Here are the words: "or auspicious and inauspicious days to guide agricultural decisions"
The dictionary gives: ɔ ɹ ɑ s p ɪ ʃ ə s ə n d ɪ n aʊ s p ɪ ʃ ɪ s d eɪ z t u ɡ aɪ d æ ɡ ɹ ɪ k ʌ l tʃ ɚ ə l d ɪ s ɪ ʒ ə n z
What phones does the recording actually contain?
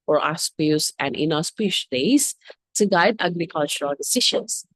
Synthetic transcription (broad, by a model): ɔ ɹ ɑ s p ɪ ə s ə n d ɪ n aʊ s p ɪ ɪ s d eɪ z t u ɡ aɪ d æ ɡ ɹ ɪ k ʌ l tʃ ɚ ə l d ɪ s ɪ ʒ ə n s